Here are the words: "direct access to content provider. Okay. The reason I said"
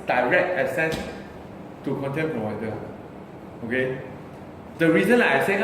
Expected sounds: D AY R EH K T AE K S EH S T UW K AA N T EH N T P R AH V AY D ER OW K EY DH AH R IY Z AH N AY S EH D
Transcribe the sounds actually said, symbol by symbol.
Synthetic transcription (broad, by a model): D AY R EH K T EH S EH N T UW K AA N T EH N P R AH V AY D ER OW K EY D AH R IY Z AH N AY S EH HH